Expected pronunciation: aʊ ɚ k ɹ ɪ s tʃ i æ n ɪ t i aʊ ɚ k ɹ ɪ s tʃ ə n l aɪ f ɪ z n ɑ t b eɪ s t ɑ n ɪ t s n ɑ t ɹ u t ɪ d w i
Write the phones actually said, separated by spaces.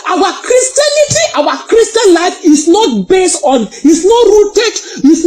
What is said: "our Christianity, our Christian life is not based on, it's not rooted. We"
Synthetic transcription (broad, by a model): aʊ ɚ k ɹ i s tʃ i n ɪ t i aʊ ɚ k ɹ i s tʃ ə n l aɪ f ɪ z n ɑ t b eɪ s t ɑ n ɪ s n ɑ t ɹ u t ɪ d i